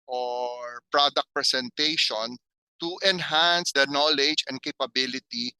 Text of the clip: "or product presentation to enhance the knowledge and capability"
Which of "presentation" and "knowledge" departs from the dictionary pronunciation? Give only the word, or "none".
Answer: presentation